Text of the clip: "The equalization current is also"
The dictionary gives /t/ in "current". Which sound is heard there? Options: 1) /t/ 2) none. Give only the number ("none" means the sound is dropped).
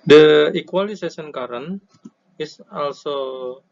2